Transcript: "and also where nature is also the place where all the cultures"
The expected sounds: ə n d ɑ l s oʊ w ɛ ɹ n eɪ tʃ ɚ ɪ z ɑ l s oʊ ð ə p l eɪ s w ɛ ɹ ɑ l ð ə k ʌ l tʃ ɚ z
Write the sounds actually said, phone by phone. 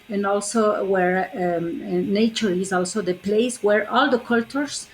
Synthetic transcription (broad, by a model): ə n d ɑ l s oʊ w ɛ ɹ n eɪ tʃ ɚ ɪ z ɑ l s oʊ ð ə p l eɪ s w ɛ ɹ ɑ l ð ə k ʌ l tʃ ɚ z